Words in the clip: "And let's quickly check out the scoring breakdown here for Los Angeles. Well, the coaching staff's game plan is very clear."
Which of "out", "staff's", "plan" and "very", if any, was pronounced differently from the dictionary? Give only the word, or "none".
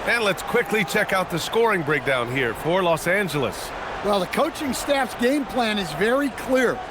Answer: none